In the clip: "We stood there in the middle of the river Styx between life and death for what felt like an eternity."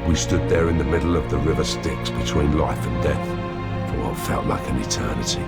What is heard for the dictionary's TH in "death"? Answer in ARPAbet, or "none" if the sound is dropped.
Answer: TH